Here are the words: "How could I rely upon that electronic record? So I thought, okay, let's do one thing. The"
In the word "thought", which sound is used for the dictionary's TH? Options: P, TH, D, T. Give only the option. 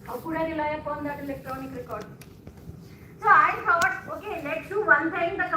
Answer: T